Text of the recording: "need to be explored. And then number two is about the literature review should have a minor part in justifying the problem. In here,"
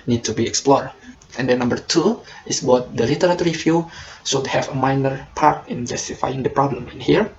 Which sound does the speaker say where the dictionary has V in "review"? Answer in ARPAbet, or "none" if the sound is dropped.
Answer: F